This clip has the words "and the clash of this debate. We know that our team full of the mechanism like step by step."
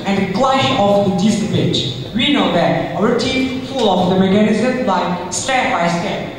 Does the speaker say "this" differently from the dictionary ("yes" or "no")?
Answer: yes